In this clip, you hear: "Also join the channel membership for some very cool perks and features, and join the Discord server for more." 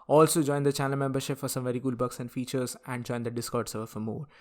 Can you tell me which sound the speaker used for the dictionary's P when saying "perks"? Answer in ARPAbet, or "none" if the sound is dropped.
B